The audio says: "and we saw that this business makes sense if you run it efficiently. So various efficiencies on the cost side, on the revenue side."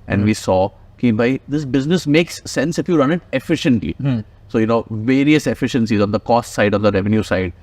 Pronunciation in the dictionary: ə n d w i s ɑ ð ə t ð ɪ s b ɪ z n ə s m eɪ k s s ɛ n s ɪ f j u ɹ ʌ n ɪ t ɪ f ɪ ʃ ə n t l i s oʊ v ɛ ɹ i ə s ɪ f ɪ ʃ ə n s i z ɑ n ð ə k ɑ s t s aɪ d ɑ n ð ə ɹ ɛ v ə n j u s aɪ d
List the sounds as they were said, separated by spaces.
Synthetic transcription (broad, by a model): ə n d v i s ɑ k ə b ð ɪ s b ɪ z n ə s m eɪ k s s ɛ n s ɪ f j u ɹ ʌ n ɪ t ɪ f ɪ ʃ ə n t l i s oʊ v ɛ ɹ i ə s ɪ f ɪ ʃ ə n s i z ɑ n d ə k ɑ s t s aɪ d ɑ n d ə ɹ ɛ v ə n j u s aɪ d